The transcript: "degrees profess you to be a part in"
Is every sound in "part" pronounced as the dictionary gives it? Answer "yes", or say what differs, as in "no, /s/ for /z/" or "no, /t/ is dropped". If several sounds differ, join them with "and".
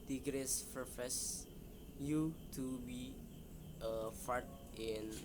no, /f/ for /p/